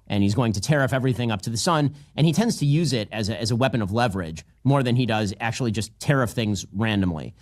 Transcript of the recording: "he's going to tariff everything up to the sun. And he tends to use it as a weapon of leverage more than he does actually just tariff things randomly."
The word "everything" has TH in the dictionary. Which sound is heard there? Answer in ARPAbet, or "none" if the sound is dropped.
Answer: TH